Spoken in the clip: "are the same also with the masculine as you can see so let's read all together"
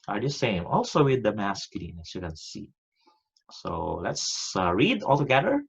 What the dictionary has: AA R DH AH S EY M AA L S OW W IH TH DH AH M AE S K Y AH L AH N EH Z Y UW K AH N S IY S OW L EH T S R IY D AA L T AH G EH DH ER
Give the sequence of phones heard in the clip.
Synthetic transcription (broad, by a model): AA R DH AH S EY M AA L S OW W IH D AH M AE S K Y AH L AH N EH S Y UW K AH N S IY S OW L EH T S R IY D AA L T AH G EH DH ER